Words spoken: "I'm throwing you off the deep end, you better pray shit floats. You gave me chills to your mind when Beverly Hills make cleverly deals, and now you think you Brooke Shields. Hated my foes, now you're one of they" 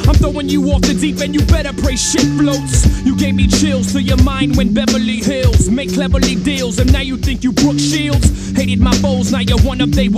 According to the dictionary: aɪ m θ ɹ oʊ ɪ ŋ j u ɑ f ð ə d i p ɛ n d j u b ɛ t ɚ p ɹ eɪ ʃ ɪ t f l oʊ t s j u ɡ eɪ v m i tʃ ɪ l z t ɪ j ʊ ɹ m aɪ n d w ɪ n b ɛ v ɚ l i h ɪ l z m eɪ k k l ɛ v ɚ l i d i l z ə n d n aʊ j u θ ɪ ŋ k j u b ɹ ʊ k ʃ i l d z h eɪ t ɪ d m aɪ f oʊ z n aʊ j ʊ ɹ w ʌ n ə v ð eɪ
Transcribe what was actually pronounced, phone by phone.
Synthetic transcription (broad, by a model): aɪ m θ oʊ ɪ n j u ɑ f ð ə d i p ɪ n j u b ɛ t ɚ p ɹ eɪ ʃ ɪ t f l oʊ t s j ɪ ɡ eɪ v m i tʃ ɪ l z t ɪ j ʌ ɹ m aɪ n d w ɪ n b ɛ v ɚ l i h ɪ l z m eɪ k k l ɛ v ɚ l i d i l z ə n n aʊ j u θ ɪ ŋ k j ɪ b ɹ ʊ k ʃ i l d z h eɪ t ɪ d m aɪ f oʊ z n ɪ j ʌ ɹ w ʌ n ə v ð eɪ